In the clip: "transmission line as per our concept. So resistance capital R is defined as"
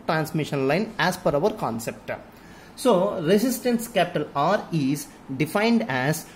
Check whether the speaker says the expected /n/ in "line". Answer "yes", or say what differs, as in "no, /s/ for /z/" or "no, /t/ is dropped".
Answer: yes